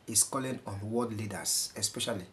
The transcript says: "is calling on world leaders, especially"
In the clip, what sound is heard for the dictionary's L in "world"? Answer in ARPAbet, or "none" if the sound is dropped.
none